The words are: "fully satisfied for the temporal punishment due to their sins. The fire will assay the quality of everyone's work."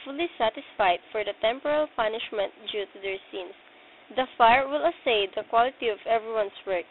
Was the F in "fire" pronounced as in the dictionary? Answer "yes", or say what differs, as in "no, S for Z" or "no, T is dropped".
yes